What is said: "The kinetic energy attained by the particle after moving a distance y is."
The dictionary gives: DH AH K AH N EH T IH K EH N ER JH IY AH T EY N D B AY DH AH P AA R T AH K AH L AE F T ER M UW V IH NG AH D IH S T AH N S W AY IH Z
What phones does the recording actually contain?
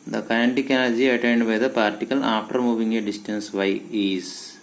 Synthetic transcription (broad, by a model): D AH K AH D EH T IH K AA L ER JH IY AH T EY N D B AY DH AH P AA R T AH K AH L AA F T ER M UW V IH NG AH D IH S T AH N S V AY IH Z